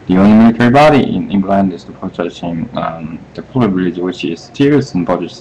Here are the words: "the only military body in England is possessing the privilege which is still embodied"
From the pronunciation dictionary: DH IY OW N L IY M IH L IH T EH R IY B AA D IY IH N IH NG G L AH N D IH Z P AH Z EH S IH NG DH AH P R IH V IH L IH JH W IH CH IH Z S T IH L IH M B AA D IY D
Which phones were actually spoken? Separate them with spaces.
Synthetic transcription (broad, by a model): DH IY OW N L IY M IH L IH T EH R IY B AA D IY IH N IH NG G L AH N D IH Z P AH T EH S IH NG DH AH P L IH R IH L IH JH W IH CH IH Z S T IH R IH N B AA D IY